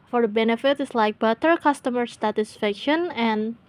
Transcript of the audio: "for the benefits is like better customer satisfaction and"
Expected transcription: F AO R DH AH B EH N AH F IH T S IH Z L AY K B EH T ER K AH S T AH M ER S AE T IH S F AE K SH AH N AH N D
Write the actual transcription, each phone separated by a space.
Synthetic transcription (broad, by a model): F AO R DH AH B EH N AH F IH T IH S L AY K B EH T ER K AH S T AH M ER S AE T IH S F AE K SH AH N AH N